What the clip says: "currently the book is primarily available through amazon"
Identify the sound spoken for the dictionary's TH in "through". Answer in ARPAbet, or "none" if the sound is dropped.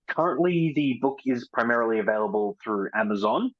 TH